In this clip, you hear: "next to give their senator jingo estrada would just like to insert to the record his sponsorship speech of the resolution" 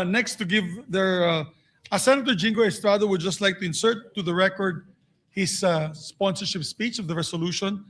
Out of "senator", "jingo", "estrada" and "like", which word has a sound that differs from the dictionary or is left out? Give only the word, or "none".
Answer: none